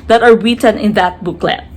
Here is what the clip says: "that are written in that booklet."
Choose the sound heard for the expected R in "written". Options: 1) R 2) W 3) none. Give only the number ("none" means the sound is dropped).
2